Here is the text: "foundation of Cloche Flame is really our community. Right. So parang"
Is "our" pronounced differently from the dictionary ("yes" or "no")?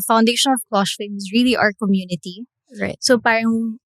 no